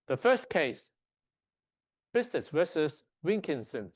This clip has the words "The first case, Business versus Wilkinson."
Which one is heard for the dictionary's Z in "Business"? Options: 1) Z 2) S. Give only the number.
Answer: 2